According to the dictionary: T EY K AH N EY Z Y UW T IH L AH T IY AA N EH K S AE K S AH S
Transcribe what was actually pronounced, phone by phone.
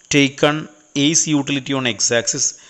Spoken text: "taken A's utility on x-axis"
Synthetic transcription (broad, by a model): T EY K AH N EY S Y UW T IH L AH T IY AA N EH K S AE K S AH S